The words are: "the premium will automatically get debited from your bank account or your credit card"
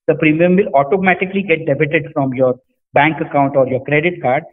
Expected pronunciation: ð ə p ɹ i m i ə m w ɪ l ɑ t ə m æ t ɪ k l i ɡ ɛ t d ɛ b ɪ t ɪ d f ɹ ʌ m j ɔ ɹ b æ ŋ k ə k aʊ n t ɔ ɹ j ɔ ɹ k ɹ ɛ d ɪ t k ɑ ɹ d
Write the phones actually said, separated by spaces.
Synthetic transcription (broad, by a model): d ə p ɹ i m i ə m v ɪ l ɑ t ə m æ t ɪ k l i ɡ ɛ t d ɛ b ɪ t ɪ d f ɹ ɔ m j ɔ ɹ b æ ŋ k ə k aʊ n t ɔ ɹ j ɔ ɹ k ɹ ɛ d ɪ t k ɑ ɹ d